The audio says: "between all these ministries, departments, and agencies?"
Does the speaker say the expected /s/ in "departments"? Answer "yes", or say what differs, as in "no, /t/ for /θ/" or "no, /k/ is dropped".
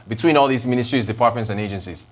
yes